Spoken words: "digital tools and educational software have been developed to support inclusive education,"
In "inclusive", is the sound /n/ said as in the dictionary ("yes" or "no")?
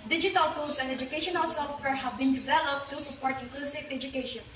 no